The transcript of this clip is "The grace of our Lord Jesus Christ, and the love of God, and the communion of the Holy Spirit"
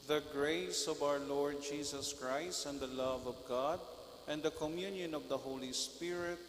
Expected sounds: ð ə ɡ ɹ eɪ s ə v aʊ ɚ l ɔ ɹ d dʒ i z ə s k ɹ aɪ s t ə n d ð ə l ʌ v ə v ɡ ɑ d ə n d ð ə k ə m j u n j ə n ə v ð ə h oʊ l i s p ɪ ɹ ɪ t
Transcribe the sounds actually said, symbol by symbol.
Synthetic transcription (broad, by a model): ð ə ɡ ɹ eɪ s ə v aʊ ɚ l ɔ ɹ d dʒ i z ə s k ɹ aɪ s t ə n d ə l ʌ v ə v ɡ ɑ d ə n d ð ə k ə m j u n j ə n ə v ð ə h oʊ l i s p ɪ ɹ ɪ t